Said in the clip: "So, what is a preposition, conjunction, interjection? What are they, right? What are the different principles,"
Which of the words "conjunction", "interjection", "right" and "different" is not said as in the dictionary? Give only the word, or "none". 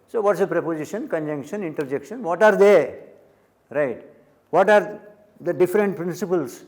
none